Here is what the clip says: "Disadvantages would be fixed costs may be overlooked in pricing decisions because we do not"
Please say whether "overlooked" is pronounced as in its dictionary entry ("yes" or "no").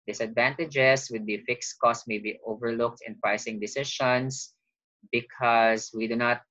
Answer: yes